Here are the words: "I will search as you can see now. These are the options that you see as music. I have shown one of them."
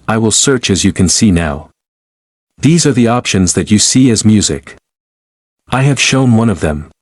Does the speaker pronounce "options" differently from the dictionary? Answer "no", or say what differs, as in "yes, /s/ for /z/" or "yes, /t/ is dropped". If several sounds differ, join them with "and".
no